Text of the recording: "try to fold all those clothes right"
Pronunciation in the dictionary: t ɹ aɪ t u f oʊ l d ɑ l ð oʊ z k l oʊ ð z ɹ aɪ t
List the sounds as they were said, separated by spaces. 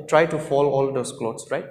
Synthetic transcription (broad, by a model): t ɹ aɪ t u f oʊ l ɑ l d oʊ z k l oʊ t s ɹ aɪ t